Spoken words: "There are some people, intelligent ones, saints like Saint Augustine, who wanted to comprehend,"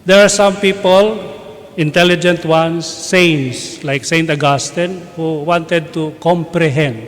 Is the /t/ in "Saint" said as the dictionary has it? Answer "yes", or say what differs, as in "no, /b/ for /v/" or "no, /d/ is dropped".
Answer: yes